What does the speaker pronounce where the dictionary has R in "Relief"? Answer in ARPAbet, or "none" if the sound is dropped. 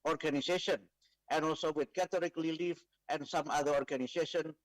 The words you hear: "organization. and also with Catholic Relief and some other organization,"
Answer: L